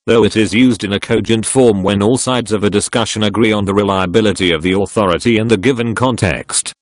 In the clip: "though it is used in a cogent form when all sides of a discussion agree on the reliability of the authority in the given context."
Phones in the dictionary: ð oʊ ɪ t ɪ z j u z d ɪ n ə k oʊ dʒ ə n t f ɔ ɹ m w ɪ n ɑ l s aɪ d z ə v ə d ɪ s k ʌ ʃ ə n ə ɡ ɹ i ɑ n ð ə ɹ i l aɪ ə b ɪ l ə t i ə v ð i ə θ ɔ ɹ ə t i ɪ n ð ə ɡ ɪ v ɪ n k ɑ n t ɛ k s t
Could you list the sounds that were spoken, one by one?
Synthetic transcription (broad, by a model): ð oʊ ɪ t ɪ z j u z d ɪ n ə k oʊ dʒ ə n t f ɔ ɹ m w ɪ n ɑ l s aɪ d z ə v ə d ɪ s k ʌ ʃ ə n ə ɡ ɹ i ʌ n ð ə ɹ i l aɪ ə b ɪ l ə t i ə v ð i ə θ ɔ ɹ ə t i ɪ n ð ə ɡ ɪ v ɪ n k ɑ n t ɛ k s t